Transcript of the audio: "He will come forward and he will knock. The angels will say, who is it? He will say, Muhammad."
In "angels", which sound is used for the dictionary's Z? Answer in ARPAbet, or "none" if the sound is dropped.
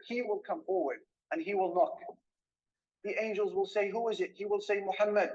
Z